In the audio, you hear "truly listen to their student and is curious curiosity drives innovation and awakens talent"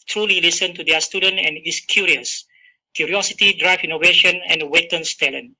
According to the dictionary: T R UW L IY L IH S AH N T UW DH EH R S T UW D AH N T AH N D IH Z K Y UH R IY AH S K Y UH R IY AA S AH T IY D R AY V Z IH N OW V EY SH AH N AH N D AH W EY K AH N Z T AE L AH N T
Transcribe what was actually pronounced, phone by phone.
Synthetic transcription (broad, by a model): T R UW L IY L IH S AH N T UW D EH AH S T UW D AH N T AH N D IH S K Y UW R IY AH S K Y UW R IY AA S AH T IY D R AY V IY N OW V EY SH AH N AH N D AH W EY K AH N S T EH L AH N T